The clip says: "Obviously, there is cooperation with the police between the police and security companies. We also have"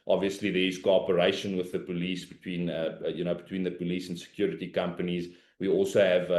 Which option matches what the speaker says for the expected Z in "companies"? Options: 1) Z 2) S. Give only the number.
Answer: 1